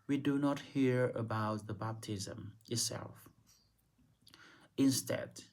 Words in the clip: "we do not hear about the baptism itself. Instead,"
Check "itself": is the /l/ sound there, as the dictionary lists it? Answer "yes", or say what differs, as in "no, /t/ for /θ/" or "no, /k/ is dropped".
yes